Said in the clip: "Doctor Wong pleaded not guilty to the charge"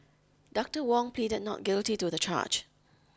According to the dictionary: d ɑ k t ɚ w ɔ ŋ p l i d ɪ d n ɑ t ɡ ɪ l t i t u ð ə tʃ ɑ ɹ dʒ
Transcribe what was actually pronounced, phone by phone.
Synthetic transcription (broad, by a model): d ɑ k t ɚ w ɔ ŋ p l i d ɪ d n ɑ t ɡ ɪ l t i t u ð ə tʃ ɑ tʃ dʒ